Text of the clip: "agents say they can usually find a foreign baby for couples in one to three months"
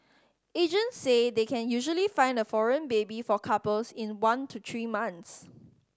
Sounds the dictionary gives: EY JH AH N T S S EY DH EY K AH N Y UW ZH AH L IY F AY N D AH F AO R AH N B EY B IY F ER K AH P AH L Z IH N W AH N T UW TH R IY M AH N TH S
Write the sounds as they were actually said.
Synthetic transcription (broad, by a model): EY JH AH N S S EY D EY K AH N Y UW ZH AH L IY F AY N D AH F AO R AH N B EY B IY F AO K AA P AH L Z IH N W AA N T UW T R IY M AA N S